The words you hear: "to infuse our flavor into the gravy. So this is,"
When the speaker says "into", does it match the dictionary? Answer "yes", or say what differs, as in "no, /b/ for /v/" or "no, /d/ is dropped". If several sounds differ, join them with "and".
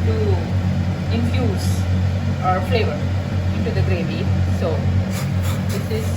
yes